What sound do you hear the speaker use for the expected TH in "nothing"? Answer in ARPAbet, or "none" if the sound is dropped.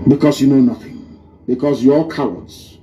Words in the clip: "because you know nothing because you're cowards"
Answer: TH